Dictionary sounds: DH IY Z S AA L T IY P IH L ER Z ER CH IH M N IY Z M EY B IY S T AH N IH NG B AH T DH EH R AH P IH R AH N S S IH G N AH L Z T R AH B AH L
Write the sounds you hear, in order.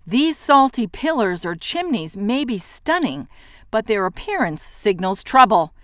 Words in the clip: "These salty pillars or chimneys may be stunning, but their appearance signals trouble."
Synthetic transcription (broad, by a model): DH IY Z S AA L T IY P IH L ER Z ER CH IH M N IY Z M EY B IY S T AH N IH NG B AH T DH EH R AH P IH R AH N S S IH G N L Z T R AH B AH L